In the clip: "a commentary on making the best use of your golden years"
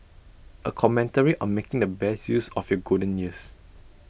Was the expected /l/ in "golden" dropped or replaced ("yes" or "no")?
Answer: yes